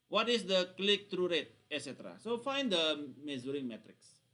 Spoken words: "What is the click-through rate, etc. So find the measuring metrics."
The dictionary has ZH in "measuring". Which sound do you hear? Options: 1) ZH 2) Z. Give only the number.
2